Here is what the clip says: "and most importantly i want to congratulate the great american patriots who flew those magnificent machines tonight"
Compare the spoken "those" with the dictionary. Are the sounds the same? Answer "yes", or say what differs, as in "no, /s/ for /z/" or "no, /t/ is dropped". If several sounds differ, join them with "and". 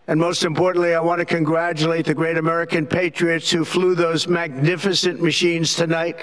yes